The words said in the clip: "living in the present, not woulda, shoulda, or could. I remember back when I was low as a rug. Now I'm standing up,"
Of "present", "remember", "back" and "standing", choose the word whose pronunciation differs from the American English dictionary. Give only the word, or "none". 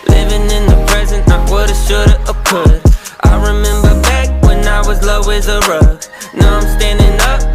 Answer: none